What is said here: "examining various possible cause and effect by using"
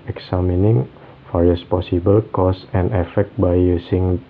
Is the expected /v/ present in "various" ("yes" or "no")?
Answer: no